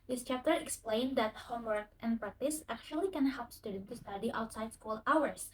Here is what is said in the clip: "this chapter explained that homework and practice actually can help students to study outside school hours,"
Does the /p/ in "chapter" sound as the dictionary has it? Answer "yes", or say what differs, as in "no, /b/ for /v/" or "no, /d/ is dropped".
yes